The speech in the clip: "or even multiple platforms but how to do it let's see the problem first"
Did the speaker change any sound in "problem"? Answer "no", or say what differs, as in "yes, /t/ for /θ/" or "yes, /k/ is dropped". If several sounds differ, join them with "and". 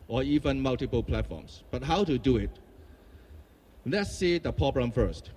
yes, /ɹ/ is dropped